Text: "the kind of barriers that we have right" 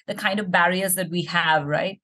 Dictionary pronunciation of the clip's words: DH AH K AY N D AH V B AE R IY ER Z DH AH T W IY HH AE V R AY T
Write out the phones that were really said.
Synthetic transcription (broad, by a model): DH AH K AY N D AH V B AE R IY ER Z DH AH T W IY HH AE V R AY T